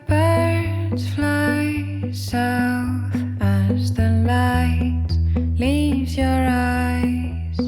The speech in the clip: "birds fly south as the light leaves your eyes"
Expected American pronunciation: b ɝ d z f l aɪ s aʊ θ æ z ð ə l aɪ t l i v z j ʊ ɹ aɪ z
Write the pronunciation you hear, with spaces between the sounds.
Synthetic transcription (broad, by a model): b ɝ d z f l aɪ s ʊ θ æ z ð ə l aɪ t l i v z j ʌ ɹ aɪ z